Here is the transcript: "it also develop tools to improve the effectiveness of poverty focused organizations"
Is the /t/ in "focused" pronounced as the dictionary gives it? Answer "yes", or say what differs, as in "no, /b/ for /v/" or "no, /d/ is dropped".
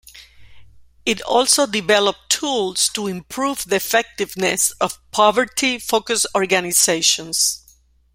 no, /t/ is dropped